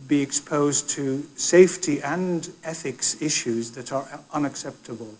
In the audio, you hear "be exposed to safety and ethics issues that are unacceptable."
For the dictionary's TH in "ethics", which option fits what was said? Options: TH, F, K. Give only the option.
TH